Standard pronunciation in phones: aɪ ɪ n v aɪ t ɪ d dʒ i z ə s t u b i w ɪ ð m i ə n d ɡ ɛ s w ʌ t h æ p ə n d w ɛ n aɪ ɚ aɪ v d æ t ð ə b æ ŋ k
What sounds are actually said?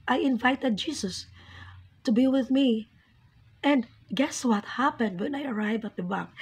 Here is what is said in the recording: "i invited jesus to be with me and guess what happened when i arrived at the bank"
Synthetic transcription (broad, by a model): aɪ ɪ n v aɪ t ɪ d dʒ i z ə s t u b i w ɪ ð m i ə n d ɡ ɛ s w ʌ t h æ p ə n d w ɛ n aɪ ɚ aɪ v æ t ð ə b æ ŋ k